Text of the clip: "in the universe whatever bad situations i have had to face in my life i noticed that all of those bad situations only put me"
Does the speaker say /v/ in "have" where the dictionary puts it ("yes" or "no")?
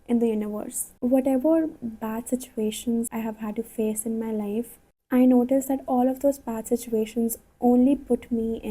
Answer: yes